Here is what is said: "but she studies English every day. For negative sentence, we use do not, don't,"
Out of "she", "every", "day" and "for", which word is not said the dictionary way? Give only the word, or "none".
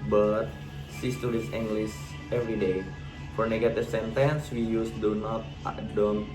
she